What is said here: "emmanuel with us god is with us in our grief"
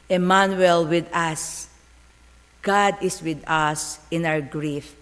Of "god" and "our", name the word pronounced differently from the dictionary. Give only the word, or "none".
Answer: our